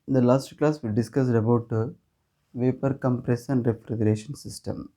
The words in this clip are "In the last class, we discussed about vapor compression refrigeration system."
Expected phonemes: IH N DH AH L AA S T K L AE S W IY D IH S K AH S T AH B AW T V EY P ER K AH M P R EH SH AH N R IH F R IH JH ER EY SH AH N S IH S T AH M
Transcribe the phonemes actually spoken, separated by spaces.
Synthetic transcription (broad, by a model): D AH L AA S T K L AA S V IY D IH S K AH S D AH B AW T V EY P ER K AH M P R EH S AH N R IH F R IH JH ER EY SH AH N S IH S T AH M